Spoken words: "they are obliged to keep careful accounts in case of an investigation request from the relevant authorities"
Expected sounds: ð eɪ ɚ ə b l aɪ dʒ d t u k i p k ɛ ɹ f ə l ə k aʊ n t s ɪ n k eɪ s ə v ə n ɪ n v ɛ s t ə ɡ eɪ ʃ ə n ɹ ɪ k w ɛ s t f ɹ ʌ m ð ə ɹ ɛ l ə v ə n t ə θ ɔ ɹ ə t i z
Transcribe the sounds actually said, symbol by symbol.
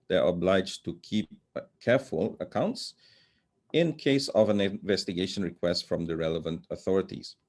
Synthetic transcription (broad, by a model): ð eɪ ɚ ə b l aɪ dʒ t u k i p k ɛ ɹ f ə l ə k aʊ n t s ɪ n k eɪ s ə v ə n ɪ n v ɛ s t ə ɡ eɪ ʃ ə n ɹ ɪ k w ɛ s t f ɹ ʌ m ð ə ɹ ɛ l ə v ə n t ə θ ɔ ɹ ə t i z